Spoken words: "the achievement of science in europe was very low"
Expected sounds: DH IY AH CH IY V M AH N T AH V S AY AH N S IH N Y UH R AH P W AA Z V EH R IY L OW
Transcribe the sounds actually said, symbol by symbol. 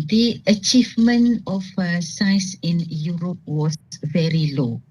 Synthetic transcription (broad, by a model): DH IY AH CH IY V M AH N T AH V S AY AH S IH N Y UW R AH P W AA V EH R IY L OW